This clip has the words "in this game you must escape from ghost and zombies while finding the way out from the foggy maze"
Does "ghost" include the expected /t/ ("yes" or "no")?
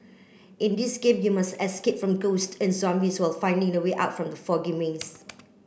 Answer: yes